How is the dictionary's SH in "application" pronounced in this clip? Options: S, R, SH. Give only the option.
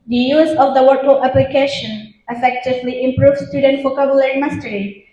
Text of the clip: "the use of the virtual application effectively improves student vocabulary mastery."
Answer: SH